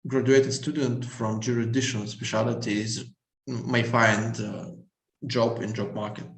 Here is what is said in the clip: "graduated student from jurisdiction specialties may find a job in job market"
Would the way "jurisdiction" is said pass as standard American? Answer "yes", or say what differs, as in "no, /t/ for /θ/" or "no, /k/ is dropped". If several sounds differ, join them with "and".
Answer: no, /s/ is dropped